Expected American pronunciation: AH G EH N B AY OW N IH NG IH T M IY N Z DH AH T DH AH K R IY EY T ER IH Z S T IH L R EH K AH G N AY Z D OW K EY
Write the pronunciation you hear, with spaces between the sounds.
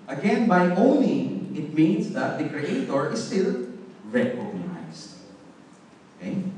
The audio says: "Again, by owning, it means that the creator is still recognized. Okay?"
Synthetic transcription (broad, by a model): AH G EH N B AY OW N IH NG IH T M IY N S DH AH T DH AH K R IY EY T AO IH S T IH L R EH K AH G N AY S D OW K EY